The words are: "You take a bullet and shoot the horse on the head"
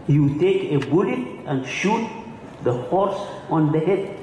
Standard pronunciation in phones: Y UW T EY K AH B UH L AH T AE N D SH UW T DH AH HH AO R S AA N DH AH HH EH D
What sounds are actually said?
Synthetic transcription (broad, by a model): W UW T EY K AH B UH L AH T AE N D SH UW T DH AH HH AO R S AA N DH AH HH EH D